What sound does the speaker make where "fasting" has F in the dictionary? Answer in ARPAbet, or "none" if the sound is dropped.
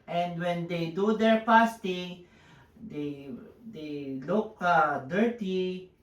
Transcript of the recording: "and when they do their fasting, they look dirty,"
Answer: P